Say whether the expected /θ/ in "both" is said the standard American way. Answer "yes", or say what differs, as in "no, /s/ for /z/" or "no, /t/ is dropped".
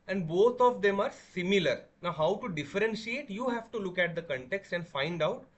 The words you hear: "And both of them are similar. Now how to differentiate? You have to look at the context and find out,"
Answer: no, /t/ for /θ/